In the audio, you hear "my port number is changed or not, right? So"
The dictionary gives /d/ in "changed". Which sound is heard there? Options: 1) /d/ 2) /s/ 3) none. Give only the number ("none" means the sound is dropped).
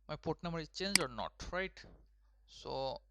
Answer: 3